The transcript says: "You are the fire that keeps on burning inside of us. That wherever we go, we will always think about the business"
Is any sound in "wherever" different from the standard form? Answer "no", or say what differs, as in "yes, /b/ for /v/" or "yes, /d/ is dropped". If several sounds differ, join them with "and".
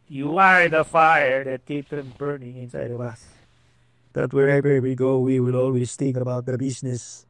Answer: yes, /b/ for /v/